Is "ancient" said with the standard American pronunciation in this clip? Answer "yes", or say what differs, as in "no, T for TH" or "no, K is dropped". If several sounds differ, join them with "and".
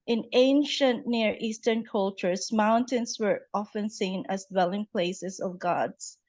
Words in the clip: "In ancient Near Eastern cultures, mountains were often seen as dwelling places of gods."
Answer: yes